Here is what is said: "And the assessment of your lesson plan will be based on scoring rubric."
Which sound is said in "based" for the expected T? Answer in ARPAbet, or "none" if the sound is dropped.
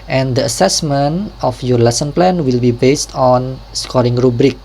T